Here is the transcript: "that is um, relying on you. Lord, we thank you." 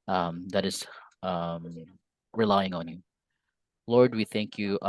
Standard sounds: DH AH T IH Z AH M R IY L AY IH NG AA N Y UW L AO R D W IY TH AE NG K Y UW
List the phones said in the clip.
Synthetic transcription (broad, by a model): DH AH T IH Z AH M R IY L AY IH NG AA N Y UW L AO R D W IY TH AE NG K Y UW